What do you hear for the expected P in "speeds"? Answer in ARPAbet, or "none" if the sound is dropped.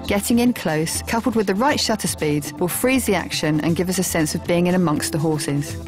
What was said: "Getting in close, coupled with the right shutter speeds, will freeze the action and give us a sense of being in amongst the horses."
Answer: P